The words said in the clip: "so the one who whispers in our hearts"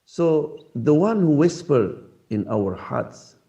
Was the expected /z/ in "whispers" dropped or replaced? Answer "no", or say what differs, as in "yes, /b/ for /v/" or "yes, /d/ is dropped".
yes, /z/ is dropped